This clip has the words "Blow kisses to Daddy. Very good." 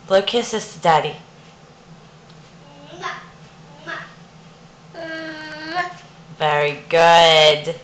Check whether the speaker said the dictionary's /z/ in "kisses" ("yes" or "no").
no